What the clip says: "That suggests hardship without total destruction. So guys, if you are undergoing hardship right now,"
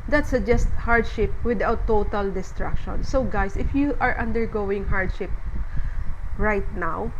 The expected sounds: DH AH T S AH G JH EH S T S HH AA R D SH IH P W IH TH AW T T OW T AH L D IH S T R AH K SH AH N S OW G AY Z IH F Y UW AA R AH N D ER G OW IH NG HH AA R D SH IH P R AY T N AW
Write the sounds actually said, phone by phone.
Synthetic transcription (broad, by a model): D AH T S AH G JH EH S T HH AA R D SH IH P W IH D AW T T OW T AH L D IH S T R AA K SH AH N S OW G AY S IH F Y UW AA R AH N D ER G OW IH NG HH AA R D SH IH P R AY T N AW